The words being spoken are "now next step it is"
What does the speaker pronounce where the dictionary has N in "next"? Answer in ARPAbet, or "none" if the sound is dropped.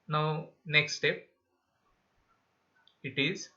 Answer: N